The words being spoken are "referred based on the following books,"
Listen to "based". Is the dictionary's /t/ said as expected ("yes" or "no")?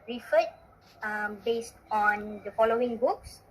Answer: yes